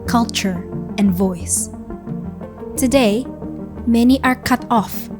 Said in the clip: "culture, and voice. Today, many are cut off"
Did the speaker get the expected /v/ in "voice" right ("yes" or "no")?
yes